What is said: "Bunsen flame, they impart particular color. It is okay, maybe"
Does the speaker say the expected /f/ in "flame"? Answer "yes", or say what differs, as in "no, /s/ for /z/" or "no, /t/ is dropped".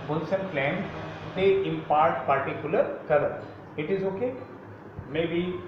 no, /p/ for /f/